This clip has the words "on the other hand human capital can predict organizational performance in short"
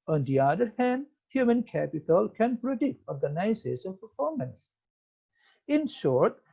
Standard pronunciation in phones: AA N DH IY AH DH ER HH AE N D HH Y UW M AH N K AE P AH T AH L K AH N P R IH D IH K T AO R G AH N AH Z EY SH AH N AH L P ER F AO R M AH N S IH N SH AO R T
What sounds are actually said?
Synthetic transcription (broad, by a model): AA N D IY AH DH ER HH AE N D HH Y UW M AH N K AE P AH T AH L K AH N P R IH D IH K T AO R G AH N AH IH S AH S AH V P ER F AO R M AH N S IH N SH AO R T